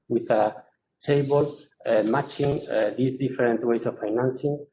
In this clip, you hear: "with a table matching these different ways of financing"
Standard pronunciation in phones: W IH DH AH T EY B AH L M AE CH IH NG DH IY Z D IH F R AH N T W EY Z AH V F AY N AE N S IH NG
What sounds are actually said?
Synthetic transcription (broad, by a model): W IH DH AH T EY B AH L M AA CH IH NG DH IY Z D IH F R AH N T W EY S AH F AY N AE N S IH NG